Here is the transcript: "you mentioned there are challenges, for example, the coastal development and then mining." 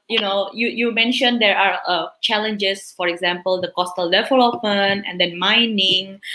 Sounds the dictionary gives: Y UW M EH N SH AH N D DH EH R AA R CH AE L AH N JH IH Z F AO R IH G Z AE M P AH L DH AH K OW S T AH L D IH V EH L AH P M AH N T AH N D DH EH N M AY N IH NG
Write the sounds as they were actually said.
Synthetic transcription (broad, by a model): Y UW M EH N SH AH N D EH R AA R CH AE L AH N JH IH S F AO R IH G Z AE M P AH L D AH K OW S T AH L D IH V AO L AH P AH N AH N D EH N M AY N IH NG